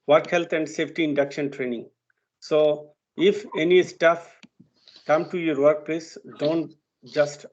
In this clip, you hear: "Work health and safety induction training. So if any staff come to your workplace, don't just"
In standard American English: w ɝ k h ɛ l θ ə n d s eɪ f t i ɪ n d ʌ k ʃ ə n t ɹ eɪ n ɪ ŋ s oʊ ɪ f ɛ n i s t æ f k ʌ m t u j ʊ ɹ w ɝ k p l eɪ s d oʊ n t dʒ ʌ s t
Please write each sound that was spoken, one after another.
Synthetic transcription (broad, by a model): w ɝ k h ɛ l t ə n d s eɪ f t i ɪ n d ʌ k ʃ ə n t ɹ eɪ n ɪ ŋ s oʊ ɪ f ɛ n i s t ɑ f k ʌ m t u j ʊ ɹ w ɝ k p l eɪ s d oʊ n t dʒ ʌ s t